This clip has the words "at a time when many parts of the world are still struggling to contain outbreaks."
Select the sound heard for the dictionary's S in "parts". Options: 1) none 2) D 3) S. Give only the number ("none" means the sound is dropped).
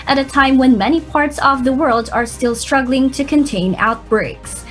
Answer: 3